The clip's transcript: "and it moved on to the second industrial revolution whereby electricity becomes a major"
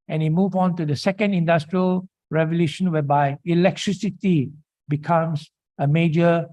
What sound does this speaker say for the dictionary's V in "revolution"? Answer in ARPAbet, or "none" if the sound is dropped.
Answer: V